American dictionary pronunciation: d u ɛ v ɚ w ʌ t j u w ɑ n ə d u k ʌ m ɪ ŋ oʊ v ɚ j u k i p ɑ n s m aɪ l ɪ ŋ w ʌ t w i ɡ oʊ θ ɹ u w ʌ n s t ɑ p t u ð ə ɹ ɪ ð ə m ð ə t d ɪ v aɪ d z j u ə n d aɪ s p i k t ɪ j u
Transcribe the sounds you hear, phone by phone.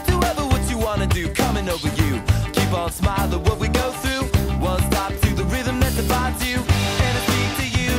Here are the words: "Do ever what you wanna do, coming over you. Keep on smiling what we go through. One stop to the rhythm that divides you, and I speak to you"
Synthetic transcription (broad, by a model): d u ɛ v ɚ w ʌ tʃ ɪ w ɑ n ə d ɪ k ʌ m ɪ ŋ oʊ v ɚ j u k i p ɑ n s m aɪ l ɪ w ʌ t w i ɡ oʊ θ ɹ u w ʌ n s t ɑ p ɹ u ð ə ɹ ɪ ð ə m ð ə t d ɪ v aɪ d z j u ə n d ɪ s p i t ɪ j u